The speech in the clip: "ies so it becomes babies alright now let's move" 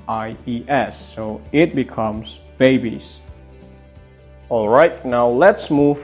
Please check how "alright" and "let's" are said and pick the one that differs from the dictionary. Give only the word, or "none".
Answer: none